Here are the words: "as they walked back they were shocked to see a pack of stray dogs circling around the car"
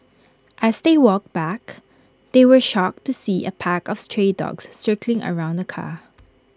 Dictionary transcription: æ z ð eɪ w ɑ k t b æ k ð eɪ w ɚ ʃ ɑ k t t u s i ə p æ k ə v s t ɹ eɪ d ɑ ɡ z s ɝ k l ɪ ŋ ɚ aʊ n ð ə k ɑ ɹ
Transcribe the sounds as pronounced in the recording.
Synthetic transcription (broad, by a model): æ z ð eɪ w ɑ k b æ k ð eɪ w ɚ ʃ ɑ k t t u s i ə p æ k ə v s t ɹ eɪ d ɑ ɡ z s ɝ k l ɪ ŋ ɚ aʊ n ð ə k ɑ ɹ